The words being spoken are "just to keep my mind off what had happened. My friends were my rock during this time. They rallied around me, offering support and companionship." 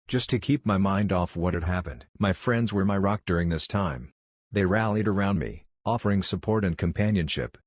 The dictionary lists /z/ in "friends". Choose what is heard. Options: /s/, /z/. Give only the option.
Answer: /z/